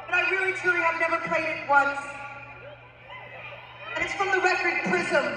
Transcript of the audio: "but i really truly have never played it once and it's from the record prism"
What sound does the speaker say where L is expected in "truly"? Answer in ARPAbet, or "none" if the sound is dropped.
none